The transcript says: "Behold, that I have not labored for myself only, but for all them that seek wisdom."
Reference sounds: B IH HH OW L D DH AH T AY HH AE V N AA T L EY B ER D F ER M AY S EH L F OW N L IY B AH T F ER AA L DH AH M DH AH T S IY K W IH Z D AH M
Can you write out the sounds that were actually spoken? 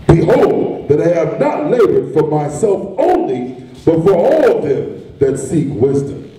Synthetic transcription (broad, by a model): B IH HH OW L D DH AH T AY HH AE V N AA T L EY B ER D F ER M AY S EH L F OW N L IY B AH T F ER AA L DH AH M DH AH T S IY K W IH Z D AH M